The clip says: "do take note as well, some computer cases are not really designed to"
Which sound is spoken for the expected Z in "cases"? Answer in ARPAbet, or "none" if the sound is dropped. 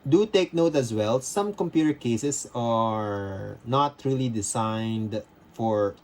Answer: S